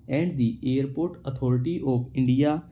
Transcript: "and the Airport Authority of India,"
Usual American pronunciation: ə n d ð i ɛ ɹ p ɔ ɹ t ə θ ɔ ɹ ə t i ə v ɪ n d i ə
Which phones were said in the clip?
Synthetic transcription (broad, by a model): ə n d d i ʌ ɹ p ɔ ɹ t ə t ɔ ɹ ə t i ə p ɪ n d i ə